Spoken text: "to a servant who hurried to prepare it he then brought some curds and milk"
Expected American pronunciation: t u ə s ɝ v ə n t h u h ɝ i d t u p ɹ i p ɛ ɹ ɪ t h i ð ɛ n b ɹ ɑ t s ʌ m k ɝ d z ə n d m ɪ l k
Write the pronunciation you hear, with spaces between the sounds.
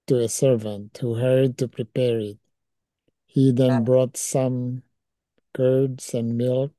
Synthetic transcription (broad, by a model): t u ə s ɝ v ə n t h u h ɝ d t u p ɹ i p ɛ ɹ ɪ t h i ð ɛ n b ɹ ɑ t s ʌ m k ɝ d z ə n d m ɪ l k